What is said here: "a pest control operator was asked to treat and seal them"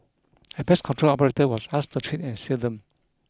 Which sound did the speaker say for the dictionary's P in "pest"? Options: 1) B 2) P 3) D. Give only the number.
1